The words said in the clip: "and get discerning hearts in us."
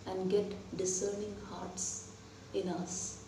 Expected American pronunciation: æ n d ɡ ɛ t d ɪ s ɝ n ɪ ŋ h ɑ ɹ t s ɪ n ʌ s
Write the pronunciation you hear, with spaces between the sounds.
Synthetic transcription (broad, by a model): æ n d ɡ ɛ t d ɪ s ɝ n ɪ ŋ h ɑ ɹ t s ɪ n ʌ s